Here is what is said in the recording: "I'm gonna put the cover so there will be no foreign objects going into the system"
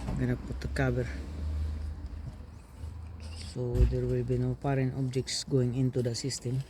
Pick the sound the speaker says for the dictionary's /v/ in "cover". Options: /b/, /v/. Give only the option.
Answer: /b/